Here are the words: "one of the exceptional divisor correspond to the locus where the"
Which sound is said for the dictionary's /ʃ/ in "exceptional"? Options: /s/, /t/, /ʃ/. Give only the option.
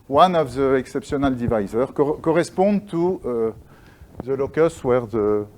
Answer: /s/